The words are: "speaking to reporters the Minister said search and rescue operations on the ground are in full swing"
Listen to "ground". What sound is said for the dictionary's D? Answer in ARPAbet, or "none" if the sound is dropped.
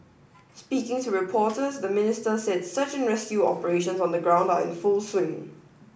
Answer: D